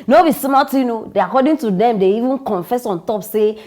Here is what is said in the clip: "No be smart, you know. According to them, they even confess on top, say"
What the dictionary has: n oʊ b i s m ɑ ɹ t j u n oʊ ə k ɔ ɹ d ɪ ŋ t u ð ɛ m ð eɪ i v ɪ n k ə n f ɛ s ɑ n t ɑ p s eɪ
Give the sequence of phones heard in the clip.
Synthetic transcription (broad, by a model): n oʊ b i s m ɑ l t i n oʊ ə k ɔ d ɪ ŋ t u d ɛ m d eɪ i v ɪ n k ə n f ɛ s ɑ n t ɑ p s eɪ